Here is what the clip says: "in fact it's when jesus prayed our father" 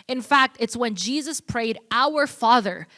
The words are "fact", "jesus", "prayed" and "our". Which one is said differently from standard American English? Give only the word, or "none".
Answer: none